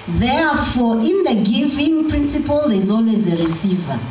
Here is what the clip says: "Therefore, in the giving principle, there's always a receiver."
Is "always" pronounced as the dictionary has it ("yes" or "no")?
yes